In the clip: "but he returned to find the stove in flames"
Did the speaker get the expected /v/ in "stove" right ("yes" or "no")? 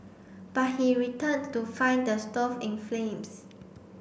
no